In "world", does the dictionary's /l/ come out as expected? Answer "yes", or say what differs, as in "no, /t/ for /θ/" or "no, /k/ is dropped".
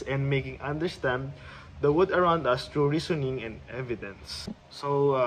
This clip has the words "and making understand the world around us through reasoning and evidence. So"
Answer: no, /l/ is dropped